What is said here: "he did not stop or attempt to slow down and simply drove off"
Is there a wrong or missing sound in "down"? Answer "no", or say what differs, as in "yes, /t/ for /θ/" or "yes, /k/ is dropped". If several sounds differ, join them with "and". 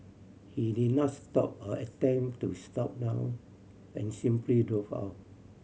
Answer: yes, /n/ is dropped